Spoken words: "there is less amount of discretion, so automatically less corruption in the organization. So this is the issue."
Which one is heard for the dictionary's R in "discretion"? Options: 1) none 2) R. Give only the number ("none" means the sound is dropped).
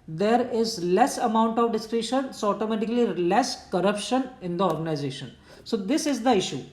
2